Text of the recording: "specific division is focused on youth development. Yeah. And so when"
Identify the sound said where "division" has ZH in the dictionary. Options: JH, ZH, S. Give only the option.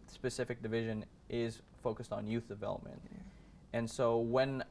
ZH